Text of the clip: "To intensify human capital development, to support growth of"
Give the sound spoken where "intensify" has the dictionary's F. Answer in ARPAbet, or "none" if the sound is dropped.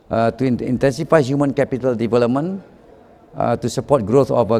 F